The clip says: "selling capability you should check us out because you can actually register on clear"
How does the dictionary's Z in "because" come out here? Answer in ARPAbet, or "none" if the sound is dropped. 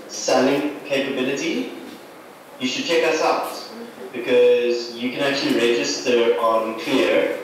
Z